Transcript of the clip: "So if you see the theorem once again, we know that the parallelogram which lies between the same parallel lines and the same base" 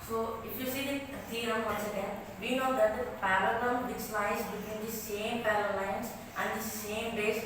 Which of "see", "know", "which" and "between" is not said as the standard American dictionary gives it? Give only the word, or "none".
which